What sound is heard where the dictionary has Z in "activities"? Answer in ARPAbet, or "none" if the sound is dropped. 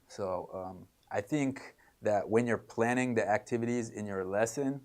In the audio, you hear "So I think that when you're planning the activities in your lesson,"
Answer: Z